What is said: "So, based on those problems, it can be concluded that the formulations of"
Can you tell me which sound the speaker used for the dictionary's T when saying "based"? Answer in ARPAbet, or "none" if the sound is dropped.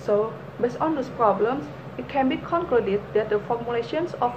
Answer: none